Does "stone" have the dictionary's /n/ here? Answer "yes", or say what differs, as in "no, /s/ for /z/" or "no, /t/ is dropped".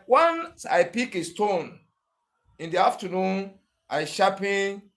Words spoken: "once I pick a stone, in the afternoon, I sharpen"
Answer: yes